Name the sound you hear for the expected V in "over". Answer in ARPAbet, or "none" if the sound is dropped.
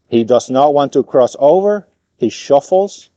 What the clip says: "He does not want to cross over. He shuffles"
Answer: V